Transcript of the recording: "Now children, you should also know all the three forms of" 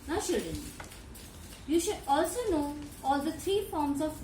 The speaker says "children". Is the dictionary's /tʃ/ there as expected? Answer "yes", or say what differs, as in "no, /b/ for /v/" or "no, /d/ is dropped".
no, /ʃ/ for /tʃ/